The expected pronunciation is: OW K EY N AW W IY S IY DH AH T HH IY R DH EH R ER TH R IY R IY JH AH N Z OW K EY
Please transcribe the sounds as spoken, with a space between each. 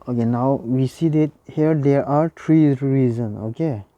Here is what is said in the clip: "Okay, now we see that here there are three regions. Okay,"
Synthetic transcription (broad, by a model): OW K EY N AW W IY S IY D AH T HH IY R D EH R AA T R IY R IY Z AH N OW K EY